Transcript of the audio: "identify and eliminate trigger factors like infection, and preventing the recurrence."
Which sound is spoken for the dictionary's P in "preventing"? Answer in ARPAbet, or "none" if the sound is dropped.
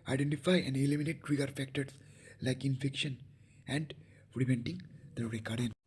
F